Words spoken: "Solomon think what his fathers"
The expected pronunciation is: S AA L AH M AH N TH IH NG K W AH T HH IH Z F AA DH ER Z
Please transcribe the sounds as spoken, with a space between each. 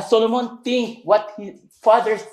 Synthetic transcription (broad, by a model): S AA L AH M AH N T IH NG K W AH T HH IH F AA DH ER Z